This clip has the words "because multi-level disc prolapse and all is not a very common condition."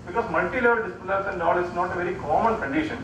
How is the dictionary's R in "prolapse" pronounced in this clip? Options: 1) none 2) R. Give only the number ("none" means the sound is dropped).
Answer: 1